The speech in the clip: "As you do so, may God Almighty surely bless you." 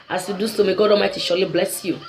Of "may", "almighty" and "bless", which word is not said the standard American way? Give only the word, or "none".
almighty